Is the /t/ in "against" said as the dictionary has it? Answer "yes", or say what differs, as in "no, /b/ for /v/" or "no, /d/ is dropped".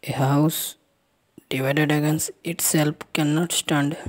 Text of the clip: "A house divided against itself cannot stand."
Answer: no, /t/ is dropped